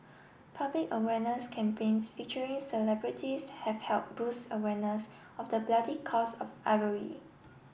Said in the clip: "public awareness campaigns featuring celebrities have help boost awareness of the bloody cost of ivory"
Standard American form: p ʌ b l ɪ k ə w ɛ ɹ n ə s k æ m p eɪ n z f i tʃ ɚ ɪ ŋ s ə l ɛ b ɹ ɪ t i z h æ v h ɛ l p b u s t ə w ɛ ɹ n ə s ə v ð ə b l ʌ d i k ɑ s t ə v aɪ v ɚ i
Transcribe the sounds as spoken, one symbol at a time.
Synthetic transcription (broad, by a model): p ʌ b l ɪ k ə w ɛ n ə s k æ m p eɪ n s f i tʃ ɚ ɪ ŋ s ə l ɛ b ɹ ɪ t i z h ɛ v h ɛ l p b u s t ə w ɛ n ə s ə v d ə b l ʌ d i k ɑ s ə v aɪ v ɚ i